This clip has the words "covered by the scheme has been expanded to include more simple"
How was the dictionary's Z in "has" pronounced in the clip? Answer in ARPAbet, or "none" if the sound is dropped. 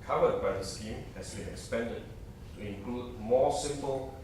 S